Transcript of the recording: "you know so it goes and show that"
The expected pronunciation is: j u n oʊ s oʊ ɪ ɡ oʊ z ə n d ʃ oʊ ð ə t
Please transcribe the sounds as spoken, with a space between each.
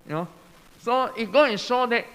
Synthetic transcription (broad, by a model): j n oʊ s oʊ ɪ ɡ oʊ ə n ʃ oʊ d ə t